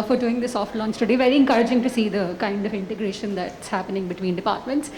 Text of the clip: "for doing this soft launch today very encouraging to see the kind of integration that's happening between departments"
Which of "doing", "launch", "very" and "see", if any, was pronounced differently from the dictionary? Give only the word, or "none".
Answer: launch